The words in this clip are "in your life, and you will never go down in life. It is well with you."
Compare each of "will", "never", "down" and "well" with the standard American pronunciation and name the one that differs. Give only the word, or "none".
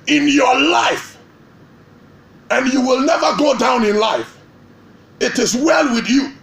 none